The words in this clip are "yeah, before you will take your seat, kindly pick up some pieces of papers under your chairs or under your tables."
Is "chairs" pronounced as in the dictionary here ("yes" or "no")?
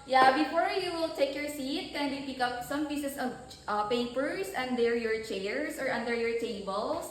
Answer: no